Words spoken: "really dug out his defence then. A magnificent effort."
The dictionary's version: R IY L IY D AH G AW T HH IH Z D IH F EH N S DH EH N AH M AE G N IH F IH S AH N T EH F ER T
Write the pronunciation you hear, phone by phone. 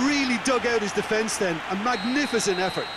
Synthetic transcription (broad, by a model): R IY L IY D AH G AW T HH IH Z D IH F EH N S DH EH N AH M AE G N IH F IH S AH N T EH F ER T